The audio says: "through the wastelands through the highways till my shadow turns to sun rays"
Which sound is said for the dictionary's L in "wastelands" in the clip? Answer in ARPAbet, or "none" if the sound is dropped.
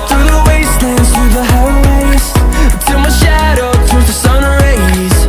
none